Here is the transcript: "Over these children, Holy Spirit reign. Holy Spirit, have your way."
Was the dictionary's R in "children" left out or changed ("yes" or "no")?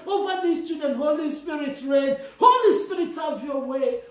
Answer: yes